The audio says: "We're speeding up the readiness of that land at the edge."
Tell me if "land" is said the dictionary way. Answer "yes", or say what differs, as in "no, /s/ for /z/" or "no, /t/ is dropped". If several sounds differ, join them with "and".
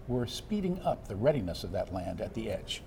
yes